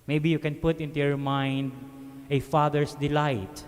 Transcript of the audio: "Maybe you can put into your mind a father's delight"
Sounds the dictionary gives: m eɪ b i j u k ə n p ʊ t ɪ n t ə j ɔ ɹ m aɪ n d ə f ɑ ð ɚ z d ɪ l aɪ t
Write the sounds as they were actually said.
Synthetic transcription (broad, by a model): m eɪ b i j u k ə n p ʊ t ɪ n t ə j ɔ ɹ m aɪ n d ə f ɑ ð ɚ s d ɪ l aɪ t